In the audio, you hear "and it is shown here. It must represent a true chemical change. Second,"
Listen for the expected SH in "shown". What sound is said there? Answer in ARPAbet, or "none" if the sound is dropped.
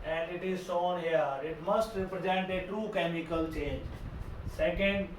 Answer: S